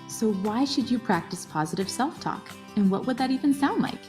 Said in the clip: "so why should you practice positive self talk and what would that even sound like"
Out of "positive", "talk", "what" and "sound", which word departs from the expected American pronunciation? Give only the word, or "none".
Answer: none